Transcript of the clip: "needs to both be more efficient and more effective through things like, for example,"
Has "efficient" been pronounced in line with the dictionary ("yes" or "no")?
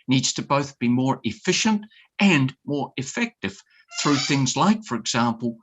yes